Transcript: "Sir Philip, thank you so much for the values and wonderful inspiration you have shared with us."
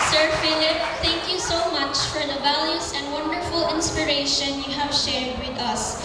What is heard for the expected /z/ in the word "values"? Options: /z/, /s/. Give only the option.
/s/